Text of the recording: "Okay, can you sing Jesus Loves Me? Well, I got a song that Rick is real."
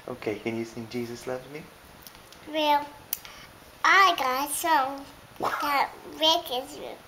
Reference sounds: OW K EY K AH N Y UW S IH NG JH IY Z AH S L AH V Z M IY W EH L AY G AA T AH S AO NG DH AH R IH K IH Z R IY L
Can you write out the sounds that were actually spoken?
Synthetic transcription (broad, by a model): OW K EY K AH N Y UW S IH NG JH IY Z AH S L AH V M IY W EH L AY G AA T S AO NG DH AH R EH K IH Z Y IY